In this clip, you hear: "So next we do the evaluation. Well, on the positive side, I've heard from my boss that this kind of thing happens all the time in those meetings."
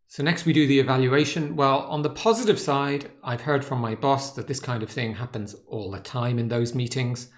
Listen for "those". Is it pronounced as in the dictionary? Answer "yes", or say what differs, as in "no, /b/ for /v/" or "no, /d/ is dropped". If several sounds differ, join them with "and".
yes